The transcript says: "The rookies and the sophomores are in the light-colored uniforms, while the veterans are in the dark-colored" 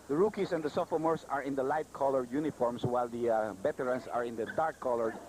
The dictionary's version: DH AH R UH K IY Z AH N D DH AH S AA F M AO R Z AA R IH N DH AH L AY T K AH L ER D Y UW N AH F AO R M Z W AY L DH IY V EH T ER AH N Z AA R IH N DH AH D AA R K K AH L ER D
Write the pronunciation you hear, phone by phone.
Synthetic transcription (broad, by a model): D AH R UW K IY S AH N D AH S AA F M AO R S AA R IH N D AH L AY T K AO L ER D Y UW N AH F AO R M S W AY L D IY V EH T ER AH N S AA R IH N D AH D AA R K K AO L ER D